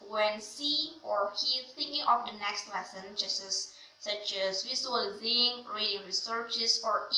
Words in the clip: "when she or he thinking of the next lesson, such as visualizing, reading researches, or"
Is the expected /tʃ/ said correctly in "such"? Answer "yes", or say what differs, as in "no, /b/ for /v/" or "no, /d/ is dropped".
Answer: no, /s/ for /tʃ/